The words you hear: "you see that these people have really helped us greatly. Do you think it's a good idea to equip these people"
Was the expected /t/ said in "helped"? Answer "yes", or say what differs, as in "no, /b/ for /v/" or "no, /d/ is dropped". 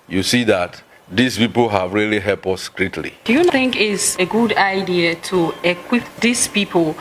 no, /t/ is dropped